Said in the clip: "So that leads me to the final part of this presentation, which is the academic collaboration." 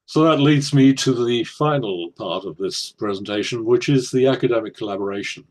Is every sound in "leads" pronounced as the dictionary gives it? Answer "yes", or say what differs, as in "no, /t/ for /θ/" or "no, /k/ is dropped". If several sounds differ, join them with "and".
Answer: yes